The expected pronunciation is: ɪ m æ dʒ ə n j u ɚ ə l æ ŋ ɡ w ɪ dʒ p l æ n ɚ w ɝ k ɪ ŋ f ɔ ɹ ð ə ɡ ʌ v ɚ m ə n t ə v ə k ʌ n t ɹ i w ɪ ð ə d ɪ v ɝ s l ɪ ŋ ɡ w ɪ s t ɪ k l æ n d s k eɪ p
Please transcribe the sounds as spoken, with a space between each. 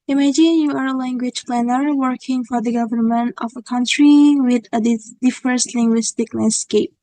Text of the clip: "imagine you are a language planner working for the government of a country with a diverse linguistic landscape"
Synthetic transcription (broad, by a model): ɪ m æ dʒ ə n j u ɚ ə l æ ŋ ɡ w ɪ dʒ p l æ n ɚ w ɝ k ɪ ŋ f ɔ ɹ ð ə ɡ ʌ v ɚ m ə n t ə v ə k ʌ n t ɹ i w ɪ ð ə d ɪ f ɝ s l ɪ ŋ ɡ w ɪ s t ɪ k l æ n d s k eɪ p